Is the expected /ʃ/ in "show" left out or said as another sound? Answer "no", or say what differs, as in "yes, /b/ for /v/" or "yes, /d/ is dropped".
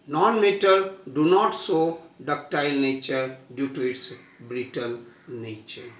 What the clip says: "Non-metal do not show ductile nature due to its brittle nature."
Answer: yes, /s/ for /ʃ/